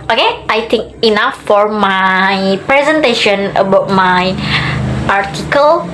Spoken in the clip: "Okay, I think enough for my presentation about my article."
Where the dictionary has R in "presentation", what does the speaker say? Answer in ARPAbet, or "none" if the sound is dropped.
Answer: R